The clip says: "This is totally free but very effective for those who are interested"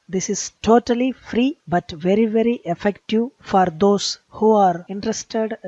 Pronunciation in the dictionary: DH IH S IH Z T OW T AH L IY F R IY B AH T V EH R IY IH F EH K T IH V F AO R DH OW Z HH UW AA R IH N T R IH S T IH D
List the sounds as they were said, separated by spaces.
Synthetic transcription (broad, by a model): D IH S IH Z T OW T AH L IY F R IY B AH T V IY R IY IH F EH K T IH V F AO R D OW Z HH UW AA R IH N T R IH S T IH D